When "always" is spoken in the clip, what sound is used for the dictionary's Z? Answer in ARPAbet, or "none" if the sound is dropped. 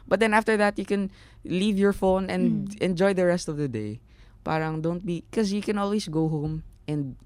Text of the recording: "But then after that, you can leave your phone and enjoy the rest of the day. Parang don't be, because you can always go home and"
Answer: S